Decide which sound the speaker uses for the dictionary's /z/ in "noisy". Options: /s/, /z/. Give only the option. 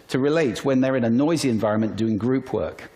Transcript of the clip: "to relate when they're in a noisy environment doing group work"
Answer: /z/